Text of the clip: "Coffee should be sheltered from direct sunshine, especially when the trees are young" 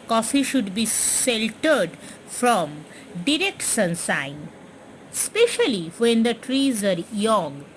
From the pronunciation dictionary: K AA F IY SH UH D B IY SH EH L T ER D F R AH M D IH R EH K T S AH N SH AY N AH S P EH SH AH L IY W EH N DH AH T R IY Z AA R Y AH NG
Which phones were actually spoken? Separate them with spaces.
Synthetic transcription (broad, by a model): K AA F IY SH UH D B IY S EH L T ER D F R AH M D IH R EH K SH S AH N S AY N S P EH SH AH L IY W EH N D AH T R IY Z AA R Y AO NG